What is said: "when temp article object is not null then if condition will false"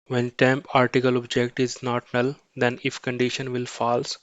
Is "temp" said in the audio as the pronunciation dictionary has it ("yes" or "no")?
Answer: yes